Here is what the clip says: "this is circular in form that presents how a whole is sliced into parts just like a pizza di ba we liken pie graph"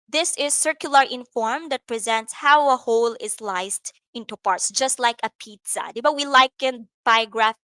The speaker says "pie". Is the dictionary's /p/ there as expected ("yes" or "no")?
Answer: no